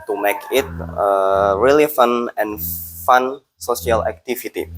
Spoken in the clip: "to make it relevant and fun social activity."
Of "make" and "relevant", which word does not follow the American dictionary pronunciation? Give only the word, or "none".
relevant